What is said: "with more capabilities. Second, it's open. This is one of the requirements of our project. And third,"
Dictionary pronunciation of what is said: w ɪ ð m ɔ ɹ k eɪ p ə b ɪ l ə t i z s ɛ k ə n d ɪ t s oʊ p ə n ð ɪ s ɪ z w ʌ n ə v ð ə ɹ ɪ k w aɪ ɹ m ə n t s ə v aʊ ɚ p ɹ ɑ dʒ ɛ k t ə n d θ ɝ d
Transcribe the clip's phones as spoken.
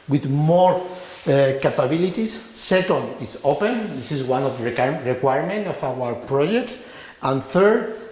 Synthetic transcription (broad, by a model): w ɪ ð m ɔ ɹ k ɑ p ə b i l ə t i s ɛ k ə n d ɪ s oʊ p ə n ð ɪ s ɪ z w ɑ n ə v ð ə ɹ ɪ k w aɪ ɹ m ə n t ə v aʊ ɚ p ɹ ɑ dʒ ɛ k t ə n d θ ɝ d